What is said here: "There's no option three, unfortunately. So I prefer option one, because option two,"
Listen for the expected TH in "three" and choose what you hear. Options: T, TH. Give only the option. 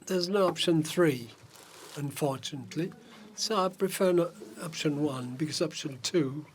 TH